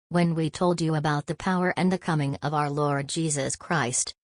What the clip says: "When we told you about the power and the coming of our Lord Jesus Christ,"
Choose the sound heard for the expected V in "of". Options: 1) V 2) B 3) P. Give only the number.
1